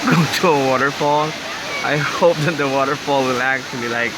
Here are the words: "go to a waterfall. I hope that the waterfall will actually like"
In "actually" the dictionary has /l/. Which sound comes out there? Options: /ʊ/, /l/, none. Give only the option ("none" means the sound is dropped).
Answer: /l/